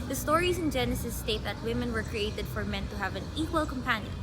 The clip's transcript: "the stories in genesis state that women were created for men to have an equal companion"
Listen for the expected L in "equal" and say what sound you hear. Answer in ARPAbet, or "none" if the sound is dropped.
L